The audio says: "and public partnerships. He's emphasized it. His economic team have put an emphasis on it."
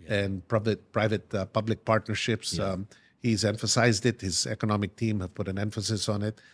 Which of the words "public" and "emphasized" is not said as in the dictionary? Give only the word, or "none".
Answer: none